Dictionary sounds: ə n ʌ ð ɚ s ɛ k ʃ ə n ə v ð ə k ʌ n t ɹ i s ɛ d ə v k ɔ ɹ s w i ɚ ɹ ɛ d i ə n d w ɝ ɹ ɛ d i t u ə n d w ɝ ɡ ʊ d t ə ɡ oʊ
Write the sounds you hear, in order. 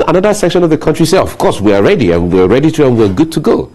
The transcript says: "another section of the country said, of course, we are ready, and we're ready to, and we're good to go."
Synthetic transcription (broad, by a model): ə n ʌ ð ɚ s ɛ k ʃ ə n ə v ð ə k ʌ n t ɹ i s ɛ ə v k ɔ ɹ s w i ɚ ɹ ɛ d i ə n w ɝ ɹ ɛ d i t u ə n w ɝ ɡ ʊ d t ə ɡ oʊ